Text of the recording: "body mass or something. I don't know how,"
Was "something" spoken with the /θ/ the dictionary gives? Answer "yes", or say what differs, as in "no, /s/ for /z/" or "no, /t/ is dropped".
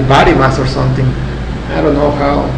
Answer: no, /t/ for /θ/